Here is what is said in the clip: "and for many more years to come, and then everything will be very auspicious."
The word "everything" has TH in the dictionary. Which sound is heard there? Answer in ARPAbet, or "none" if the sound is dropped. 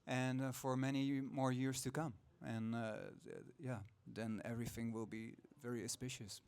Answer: TH